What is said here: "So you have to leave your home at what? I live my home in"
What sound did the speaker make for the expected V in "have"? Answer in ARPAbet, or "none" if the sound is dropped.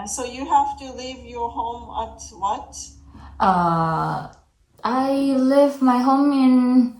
F